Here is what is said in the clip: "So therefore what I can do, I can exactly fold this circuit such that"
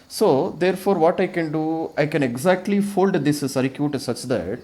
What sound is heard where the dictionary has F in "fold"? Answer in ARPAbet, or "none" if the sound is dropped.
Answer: F